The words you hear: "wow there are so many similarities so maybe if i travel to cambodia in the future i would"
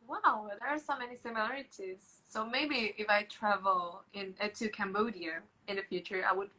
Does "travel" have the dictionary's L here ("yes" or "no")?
no